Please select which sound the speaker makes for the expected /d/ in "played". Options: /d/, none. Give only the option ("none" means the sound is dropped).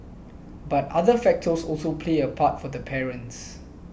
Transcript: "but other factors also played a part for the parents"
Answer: none